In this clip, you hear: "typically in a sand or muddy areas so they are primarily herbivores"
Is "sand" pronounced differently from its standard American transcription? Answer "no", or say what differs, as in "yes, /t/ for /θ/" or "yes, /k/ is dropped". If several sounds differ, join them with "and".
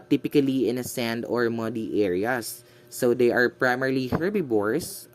no